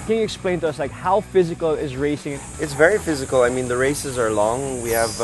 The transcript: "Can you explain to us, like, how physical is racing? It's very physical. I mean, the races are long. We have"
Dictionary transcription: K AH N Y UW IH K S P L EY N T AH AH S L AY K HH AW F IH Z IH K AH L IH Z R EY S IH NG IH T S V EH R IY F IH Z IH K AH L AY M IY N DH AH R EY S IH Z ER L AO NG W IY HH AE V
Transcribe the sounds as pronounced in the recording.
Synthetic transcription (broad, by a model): K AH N Y UW IH K S P L EY N T AH AH S L AY K HH AW F IH Z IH K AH L IH Z R EY S IH NG IH T S V EH R IY F IH Z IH K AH L AY M IY N DH AH R EY S IH Z ER L AO NG W IY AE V